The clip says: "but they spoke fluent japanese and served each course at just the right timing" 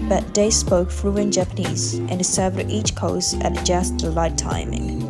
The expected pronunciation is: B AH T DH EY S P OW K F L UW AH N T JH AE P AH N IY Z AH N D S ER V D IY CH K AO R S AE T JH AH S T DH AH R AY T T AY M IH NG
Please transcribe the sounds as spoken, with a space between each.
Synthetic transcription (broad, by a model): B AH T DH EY S P OW K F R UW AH N JH AE P AH N IY Z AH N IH S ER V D IY CH K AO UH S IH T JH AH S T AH L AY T T AY M IH NG